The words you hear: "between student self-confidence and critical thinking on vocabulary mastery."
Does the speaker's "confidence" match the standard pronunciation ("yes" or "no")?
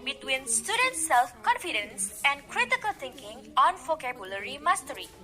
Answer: yes